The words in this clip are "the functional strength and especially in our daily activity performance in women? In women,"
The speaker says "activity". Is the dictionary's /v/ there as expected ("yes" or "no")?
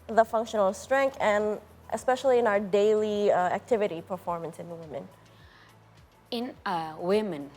yes